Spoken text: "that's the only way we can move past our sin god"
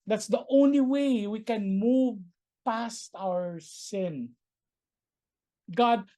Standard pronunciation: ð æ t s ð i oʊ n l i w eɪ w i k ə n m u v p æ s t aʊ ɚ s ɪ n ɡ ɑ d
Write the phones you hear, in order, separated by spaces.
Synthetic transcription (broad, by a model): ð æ t s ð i oʊ n l i w eɪ w i k ə n m u v p æ s t aʊ ɚ s ɪ n ɡ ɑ d